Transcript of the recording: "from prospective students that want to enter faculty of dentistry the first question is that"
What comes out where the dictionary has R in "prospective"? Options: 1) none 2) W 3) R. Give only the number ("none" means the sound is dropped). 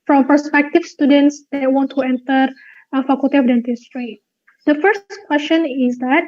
1